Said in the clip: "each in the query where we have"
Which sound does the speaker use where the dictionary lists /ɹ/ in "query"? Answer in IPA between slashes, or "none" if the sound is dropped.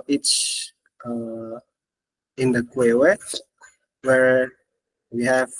/w/